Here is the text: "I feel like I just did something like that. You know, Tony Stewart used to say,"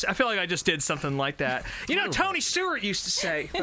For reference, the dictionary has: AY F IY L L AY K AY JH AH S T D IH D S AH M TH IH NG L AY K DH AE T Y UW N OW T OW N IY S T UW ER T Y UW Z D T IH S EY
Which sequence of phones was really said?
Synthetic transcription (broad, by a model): AY F IY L L AY K AY JH AH S D IH D S AH M TH IH NG L AY K DH AE T Y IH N OW T OW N IY S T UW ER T Y UW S T IH S EY